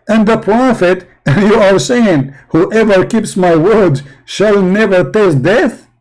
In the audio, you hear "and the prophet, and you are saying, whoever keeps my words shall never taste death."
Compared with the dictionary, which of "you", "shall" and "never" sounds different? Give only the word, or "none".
none